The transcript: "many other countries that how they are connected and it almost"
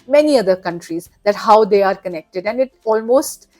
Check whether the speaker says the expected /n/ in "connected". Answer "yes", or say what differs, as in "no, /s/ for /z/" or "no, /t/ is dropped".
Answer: yes